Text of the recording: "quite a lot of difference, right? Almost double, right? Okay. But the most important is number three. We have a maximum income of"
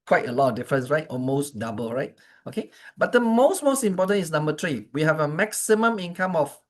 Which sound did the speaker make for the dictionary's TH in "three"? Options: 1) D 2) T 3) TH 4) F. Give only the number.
2